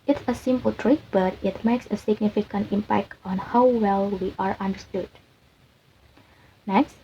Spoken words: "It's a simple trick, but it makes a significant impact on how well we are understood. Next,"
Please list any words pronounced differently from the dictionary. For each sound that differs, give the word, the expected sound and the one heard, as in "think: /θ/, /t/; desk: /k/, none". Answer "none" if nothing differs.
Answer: none